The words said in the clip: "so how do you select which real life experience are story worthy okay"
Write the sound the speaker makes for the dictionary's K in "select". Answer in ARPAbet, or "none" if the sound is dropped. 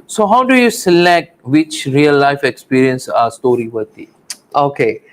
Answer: K